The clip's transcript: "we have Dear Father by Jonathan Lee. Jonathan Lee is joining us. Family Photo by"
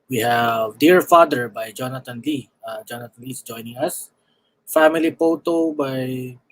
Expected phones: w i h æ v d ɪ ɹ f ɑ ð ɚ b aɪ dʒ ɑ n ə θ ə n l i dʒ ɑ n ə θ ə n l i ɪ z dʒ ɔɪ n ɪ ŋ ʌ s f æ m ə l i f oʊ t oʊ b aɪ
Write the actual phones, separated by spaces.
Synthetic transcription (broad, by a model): w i h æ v d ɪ ɹ f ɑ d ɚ b aɪ dʒ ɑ n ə t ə n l i dʒ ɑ n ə t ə n l i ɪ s dʒ ɔɪ n ɪ ŋ ʌ s f æ m ə l i p oʊ t oʊ b aɪ